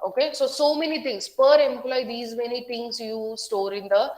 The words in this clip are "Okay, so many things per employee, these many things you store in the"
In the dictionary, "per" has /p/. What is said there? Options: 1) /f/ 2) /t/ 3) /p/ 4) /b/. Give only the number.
3